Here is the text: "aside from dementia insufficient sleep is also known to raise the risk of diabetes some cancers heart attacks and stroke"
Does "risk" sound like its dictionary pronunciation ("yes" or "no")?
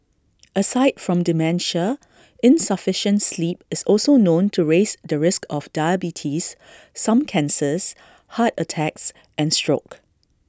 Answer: yes